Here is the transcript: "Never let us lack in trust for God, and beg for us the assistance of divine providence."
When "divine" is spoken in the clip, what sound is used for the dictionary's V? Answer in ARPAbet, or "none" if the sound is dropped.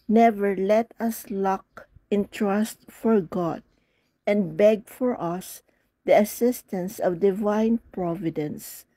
V